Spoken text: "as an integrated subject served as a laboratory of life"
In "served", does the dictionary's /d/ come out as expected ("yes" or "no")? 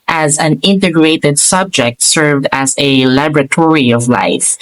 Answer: yes